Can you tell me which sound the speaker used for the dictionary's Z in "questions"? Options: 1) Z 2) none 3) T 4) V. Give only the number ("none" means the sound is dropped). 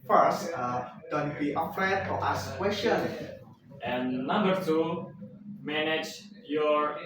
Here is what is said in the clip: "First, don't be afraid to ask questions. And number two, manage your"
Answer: 2